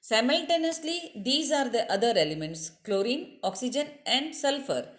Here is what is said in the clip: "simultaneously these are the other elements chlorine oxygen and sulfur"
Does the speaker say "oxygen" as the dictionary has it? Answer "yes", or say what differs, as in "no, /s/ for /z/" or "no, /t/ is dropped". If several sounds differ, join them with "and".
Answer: yes